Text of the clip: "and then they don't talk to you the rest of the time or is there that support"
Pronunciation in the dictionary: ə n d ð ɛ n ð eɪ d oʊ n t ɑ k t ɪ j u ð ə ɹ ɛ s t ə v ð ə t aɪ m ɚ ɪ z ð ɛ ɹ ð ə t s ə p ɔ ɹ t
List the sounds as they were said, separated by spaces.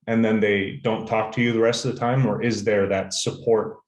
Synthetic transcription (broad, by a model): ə n ð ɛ n ð eɪ d oʊ n t ɑ k t ɪ j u ð ə ɹ ɛ s t ə v ð ə t aɪ m ɚ ɪ z ð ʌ ɹ ð ə t s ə p ɔ ɹ t